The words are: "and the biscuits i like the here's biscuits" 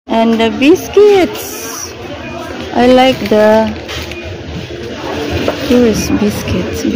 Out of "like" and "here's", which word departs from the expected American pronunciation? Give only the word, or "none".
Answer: here's